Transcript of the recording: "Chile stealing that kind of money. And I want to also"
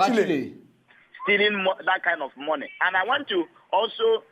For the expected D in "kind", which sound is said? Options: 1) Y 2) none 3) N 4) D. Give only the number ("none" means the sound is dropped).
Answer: 4